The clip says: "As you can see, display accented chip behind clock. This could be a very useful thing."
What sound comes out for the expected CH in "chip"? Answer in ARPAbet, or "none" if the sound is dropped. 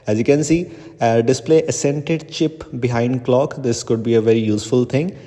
CH